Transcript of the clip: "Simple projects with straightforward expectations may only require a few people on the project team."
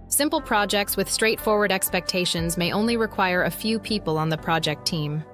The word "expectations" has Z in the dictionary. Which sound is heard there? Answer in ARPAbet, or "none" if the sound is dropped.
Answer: Z